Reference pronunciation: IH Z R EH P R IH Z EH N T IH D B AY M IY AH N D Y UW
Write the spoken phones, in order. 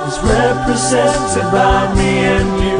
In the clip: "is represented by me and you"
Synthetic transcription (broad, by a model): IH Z R EH P R IH Z EH N T IH D B AY M IY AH N Y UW